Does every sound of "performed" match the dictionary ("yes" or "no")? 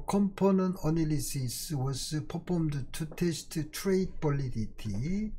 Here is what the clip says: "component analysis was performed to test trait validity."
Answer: no